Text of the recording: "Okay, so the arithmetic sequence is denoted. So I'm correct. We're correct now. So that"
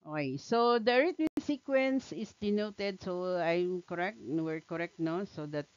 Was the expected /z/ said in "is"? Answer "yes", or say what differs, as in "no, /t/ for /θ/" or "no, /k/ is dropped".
no, /s/ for /z/